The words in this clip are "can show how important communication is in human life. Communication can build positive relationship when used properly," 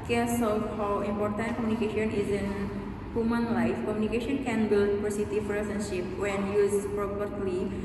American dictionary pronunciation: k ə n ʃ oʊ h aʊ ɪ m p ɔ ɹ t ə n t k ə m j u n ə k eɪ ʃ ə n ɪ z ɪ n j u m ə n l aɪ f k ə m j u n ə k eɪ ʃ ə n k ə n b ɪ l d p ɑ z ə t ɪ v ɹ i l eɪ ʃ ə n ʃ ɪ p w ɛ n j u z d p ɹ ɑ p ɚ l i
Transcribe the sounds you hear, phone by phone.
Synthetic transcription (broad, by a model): k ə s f h aʊ ɪ m p ɔ ɹ t ə n t k ə m j u n ə k eɪ ʃ ə n ɪ z ɪ n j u m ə n l aɪ f k ə m j u n ə k eɪ ʃ ə n k ə n b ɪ l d f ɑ s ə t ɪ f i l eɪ s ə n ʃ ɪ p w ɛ n j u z p ɹ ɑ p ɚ l i